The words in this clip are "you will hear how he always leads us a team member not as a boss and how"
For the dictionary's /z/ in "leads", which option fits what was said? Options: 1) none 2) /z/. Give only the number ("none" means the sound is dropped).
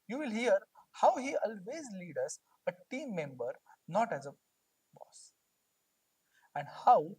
1